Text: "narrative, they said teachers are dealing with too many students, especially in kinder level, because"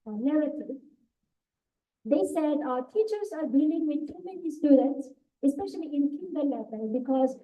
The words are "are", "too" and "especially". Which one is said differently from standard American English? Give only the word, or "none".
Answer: none